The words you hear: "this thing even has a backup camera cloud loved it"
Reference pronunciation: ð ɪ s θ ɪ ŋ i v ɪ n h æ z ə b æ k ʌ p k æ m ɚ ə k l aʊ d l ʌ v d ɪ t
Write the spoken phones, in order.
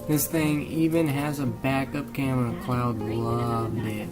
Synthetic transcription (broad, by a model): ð ɪ s θ ɪ ŋ i v ɪ n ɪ z ə b æ k ʌ p k æ m ɚ ə k l aʊ d l ʌ v d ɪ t